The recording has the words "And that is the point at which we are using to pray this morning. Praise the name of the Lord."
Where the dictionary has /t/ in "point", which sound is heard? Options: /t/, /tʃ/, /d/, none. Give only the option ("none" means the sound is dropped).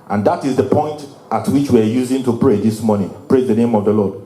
/t/